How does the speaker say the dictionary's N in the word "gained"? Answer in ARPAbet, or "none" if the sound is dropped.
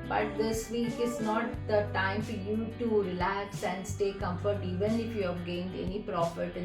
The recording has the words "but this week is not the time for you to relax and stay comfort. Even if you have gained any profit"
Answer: N